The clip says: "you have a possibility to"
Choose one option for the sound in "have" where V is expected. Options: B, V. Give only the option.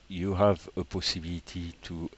V